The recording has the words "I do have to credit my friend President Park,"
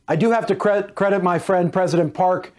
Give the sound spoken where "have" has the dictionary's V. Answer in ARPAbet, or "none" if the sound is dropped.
F